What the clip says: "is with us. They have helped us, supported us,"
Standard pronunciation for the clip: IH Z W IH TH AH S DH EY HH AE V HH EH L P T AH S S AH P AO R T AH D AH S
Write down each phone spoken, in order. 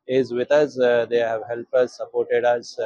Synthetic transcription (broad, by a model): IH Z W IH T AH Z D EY HH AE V HH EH L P AH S S AH P AO R T AH D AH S